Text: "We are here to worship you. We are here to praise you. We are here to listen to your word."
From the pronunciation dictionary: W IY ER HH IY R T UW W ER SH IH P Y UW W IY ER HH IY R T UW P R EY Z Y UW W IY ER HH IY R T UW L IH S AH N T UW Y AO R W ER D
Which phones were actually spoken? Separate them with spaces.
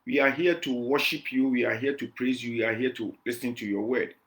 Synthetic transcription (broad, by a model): W IY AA HH IY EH T UW W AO SH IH P Y UW W IY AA HH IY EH T UW P R EY Z Y UW W IY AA HH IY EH T UW L IH S AH N T UW Y AO W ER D